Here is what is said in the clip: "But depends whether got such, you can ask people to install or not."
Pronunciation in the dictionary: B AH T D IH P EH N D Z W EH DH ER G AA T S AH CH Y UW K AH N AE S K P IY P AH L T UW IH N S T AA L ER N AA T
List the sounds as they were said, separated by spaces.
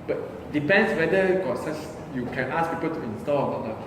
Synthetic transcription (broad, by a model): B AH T D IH P EH N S W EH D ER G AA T S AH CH Y UW K AH N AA S P IY P AH L T UW IH N S T AA L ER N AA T